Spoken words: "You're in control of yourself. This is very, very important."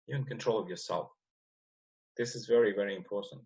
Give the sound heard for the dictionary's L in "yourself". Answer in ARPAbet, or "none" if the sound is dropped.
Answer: L